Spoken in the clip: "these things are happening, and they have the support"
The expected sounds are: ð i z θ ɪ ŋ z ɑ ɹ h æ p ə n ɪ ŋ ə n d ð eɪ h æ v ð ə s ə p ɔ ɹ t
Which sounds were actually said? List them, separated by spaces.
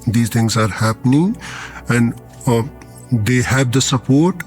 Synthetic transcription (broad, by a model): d i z t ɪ ŋ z ɑ ɹ h æ p ə n ɪ ŋ ə n d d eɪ h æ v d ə s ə p ɔ ɹ t